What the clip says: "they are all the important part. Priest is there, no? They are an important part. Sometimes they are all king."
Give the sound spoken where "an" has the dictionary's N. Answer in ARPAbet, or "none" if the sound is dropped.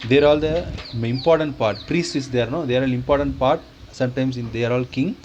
L